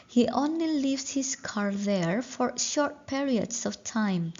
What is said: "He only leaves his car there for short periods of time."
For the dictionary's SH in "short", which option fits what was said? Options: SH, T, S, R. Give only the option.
SH